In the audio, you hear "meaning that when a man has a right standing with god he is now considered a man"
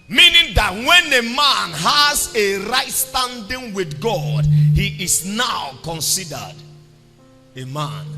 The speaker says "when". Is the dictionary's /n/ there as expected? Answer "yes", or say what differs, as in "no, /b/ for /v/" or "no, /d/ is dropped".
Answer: yes